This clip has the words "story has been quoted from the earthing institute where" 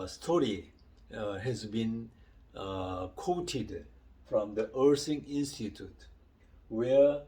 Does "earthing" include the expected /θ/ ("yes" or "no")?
no